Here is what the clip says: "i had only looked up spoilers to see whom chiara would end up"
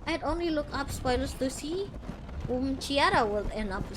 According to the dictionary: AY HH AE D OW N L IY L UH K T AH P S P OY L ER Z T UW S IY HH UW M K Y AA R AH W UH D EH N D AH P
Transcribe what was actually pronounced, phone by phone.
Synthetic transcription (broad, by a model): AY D OW N L IY L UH K AH P S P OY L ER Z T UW S IY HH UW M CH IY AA R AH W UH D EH N AH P